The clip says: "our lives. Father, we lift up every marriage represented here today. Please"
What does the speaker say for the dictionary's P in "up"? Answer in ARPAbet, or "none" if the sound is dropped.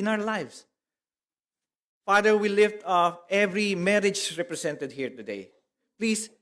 F